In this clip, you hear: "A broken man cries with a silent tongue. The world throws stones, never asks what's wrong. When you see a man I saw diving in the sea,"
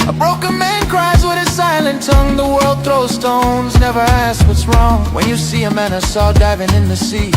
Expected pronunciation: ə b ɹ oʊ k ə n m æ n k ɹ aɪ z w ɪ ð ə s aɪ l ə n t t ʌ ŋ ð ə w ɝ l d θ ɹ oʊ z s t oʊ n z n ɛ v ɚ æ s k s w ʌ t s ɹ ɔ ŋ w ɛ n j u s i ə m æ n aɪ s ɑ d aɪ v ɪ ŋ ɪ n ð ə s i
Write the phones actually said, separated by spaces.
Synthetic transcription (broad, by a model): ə b ɹ oʊ k ə n m æ n k ɹ aɪ z w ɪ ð ə s aɪ l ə n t t ʌ ŋ ð ə w ɝ l d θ ɹ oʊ s t oʊ n z n ɛ v ɚ æ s s w ʌ t s ɹ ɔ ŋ w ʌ n j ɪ s i ə m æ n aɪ s ɑ d aɪ v ɪ ŋ ɪ n ð ə s i